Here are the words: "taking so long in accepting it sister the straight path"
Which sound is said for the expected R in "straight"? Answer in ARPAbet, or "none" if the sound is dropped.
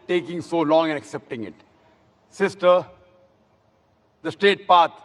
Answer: none